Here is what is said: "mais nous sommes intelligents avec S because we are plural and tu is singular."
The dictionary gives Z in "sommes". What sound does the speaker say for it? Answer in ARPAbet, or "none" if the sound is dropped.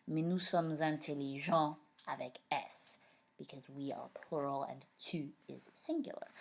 Z